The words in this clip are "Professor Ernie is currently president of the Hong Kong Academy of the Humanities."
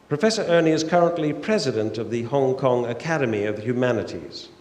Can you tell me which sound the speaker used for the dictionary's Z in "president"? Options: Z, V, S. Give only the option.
Z